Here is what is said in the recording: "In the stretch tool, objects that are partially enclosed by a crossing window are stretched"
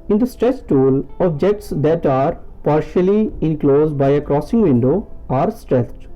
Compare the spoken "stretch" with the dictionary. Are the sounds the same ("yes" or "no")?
no